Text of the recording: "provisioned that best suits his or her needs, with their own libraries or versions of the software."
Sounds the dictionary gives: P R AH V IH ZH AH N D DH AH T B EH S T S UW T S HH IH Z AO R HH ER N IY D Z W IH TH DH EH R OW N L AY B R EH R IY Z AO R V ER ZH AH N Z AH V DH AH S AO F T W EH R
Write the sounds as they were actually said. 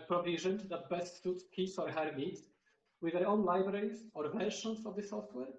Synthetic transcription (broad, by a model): P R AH V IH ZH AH N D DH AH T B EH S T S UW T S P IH S AO R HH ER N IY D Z W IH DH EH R OW N L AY B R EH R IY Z AO R V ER SH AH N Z AH V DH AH S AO F T W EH R